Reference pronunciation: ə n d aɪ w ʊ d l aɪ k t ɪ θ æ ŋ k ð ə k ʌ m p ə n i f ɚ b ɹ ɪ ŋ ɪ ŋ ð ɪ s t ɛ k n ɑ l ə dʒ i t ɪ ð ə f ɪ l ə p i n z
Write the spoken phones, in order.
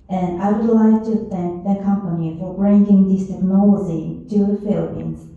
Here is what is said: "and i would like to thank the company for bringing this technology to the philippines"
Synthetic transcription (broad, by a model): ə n aɪ w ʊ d l aɪ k t ɪ θ æ ŋ k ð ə k ʌ m p ə n i f ɚ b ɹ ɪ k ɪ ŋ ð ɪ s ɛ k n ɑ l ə z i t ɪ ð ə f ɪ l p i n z